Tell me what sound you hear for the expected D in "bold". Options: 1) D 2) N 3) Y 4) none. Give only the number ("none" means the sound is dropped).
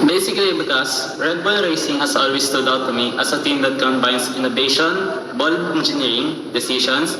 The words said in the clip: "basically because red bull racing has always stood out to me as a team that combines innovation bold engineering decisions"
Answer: 4